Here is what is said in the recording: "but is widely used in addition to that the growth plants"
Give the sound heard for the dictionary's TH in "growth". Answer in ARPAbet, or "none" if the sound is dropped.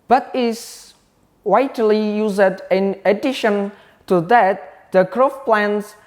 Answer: F